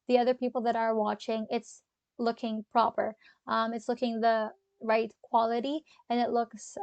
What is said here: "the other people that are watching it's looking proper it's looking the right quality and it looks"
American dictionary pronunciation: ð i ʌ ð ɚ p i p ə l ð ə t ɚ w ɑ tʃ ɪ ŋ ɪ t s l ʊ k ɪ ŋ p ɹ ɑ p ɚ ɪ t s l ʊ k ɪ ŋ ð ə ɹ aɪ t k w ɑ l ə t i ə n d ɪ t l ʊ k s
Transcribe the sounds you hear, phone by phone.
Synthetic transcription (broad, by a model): ð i ʌ ð ɚ p i p l ð ə t ɚ w ɑ tʃ ɪ ŋ ɪ t s l ʊ k ɪ ŋ p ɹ ɑ p ɚ ɪ t s l ʊ k ɪ ŋ ð ə ɹ aɪ t k w ɑ l ə t i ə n ɪ t l ʊ k s